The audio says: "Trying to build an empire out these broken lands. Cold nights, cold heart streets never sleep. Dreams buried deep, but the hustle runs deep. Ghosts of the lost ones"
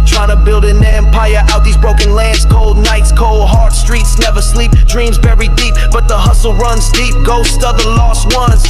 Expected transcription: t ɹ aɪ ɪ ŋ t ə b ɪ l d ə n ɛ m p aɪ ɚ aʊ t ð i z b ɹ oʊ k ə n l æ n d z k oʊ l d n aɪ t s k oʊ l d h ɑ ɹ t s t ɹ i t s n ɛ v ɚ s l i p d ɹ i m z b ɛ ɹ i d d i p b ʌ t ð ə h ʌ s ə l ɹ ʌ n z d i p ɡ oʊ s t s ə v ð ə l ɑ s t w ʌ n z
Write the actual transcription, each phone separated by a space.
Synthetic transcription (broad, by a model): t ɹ aɪ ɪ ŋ t ə b ɪ l d ə n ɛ m p aɪ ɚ aʊ t ð i z b ɹ oʊ k ə n l æ n d z k oʊ l d n aɪ t s k oʊ l d h ɑ ɹ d s t ɹ i t s n ɛ v ɚ s l i p d ɹ i m z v ɛ ɹ i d d i p b ʌ t ð ə h ʌ s l ɹ ʌ n z d i p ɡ oʊ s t ə ð ə l ɑ s t w ʌ n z